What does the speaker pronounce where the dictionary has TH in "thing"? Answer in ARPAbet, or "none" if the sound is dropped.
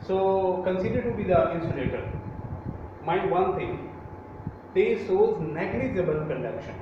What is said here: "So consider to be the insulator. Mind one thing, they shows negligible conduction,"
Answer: T